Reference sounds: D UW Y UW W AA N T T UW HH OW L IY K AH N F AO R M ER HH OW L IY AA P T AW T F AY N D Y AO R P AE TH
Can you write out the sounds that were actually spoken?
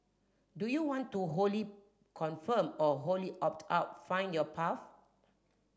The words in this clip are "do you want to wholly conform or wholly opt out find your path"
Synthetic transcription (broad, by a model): D UW Y UW W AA N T T UW HH OW L IY K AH N F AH M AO HH OW L IY AA P T AW T F AY N D Y AO P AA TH